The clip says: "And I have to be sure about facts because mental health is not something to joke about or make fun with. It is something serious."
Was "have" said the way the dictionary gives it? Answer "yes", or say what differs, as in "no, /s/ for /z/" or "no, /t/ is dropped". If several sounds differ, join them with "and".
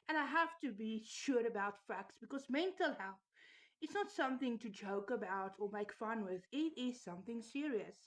no, /f/ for /v/